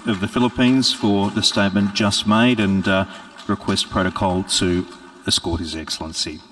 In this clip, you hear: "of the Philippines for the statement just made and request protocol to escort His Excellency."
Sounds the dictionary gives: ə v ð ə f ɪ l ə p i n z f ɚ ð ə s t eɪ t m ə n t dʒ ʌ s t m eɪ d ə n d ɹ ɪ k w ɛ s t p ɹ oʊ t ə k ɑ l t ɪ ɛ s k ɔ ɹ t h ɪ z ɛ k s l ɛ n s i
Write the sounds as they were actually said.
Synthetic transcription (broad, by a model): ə v ð ə f ɪ l ə p i n z f ɚ ð ə s t eɪ t m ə n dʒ ʌ s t m eɪ d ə n ɹ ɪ k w ɛ s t p ɹ oʊ t ə k ɑ l t ɪ ɛ s k ɔ ɹ t h ɪ z ɛ k s l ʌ n s i